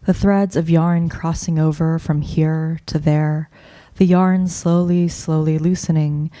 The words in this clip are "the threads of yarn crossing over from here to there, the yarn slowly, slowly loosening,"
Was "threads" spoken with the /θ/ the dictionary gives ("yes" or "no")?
yes